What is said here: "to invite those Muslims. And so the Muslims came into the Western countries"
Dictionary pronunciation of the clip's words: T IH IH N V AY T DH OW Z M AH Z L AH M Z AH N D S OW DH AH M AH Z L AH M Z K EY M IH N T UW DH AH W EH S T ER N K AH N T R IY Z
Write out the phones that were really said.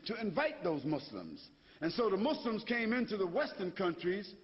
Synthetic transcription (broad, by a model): T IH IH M V AY T DH OW Z M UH S L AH M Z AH N S OW DH AH M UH S L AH M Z K EY M IH N T UW DH AH W EH S T ER N K AH N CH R IY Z